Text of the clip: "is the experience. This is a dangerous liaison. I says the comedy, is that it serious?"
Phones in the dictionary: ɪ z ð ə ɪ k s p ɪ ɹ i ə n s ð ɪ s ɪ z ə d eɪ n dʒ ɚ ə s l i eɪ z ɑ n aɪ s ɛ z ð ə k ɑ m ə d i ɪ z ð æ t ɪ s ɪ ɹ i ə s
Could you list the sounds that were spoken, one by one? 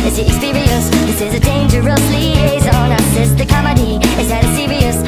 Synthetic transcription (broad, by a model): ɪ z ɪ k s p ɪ ɹ i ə s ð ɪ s ɪ z ə d eɪ n dʒ ɚ ə s l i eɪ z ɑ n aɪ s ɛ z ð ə k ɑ m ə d i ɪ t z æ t ɪ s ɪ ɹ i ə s